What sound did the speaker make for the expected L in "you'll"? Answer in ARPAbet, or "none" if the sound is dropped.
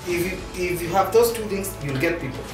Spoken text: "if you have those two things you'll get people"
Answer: L